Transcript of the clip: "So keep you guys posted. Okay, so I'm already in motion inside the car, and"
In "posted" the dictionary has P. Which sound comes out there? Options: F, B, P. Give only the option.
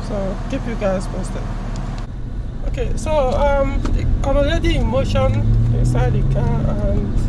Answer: F